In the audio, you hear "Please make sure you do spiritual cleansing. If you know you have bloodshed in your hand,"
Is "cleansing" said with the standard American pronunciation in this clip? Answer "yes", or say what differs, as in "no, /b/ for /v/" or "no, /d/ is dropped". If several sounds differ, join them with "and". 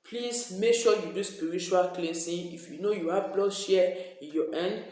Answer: no, /s/ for /z/